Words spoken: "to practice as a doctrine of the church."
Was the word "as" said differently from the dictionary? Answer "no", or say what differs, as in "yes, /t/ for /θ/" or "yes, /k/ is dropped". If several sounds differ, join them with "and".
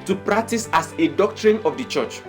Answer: yes, /s/ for /z/